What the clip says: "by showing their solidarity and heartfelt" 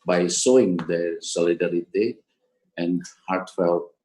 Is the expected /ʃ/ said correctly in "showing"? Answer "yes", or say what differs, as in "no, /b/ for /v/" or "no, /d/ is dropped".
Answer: no, /s/ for /ʃ/